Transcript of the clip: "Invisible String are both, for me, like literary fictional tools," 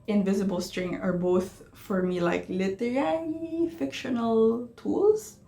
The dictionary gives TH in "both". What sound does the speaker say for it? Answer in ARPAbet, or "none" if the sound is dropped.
TH